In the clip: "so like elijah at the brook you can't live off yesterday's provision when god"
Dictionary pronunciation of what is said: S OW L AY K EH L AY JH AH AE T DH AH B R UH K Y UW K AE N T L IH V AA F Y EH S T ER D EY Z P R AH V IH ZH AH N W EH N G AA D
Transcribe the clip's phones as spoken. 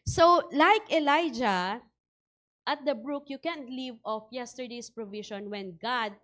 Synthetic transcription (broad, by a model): S OW L AY K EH L AY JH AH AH T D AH B R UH K Y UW K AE N T L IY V AA F Y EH S T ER D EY S P R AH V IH SH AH N W EH N G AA D